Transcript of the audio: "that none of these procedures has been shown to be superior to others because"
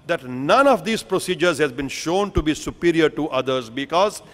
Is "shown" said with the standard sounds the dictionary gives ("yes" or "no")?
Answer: yes